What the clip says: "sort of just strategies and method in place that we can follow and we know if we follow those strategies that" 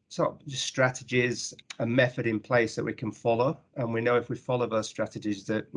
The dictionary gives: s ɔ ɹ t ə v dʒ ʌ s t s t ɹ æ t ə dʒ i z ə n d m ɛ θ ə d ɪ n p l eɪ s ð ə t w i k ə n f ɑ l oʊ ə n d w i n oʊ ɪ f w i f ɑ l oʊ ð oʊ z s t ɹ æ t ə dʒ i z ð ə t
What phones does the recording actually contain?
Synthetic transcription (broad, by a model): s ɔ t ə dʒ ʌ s s t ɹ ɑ t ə dʒ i z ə m ɛ θ ə d ɪ n p l eɪ s ð ə t w i k ə n f ɑ l oʊ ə n w i n oʊ ɪ f w i f ɑ l oʊ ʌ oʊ s t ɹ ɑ t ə dʒ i z ð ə t